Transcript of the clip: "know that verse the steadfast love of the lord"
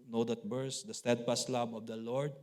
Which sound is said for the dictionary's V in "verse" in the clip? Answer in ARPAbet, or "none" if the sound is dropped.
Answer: B